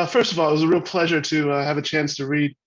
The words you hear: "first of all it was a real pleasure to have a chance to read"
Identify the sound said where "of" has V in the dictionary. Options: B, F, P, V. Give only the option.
V